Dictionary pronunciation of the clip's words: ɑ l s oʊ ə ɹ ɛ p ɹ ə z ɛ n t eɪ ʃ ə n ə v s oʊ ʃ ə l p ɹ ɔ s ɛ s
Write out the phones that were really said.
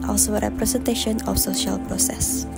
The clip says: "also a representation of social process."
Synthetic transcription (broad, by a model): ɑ l s oʊ ə ɹ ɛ p ɹ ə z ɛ n t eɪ ʃ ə n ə f s oʊ ʃ ə l p ɹ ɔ s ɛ s